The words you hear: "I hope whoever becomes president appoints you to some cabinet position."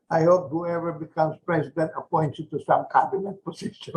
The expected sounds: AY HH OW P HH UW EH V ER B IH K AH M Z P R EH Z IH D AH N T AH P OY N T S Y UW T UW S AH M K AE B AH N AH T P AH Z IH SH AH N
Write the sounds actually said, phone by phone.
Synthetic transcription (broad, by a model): AY HH OW P HH UW EH V ER B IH K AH M S P R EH S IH D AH N T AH P OY N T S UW T UW S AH M K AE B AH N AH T P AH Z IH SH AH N